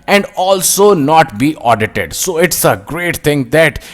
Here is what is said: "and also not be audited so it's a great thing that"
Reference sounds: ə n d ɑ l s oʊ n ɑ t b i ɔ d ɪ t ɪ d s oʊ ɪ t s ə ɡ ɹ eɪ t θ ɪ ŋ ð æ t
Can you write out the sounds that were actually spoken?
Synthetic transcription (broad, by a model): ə n d ɑ l s oʊ n ɑ t b i ɔ d ɪ t ɪ d s oʊ ɪ t s ə ɡ ɹ eɪ t t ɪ ŋ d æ t